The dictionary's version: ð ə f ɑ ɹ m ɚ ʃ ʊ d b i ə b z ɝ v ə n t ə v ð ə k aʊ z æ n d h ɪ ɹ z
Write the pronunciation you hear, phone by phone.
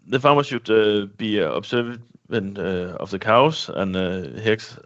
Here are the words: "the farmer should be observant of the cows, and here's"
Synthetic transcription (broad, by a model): ð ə f ɑ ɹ m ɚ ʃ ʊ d b i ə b s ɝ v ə n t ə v ð ə k aʊ s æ n h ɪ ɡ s